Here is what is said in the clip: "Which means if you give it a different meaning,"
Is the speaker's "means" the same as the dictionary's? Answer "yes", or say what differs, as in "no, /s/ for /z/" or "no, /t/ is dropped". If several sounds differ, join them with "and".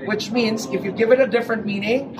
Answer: yes